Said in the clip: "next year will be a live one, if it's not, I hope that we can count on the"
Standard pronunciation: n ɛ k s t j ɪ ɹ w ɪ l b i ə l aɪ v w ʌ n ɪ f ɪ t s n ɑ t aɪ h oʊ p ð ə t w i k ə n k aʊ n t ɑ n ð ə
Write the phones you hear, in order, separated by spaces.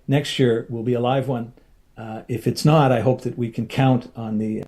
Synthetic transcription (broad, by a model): n ɛ k s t j ɪ ɹ w ɪ l b i ə l aɪ v w ʌ n ɪ f ɪ t s n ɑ t aɪ h oʊ p ð ə t w i k ə n k aʊ n t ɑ n ð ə